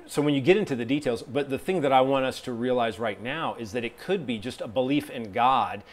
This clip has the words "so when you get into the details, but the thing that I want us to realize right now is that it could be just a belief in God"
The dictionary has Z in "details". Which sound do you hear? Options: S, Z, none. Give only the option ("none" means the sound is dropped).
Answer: Z